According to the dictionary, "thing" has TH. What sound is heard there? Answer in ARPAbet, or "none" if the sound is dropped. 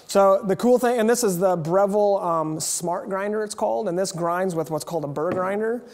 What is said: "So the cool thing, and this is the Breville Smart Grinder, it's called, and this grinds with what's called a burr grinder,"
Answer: TH